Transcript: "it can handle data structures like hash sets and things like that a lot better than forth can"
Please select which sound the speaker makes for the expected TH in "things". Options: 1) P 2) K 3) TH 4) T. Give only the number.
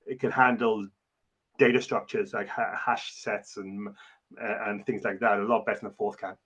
3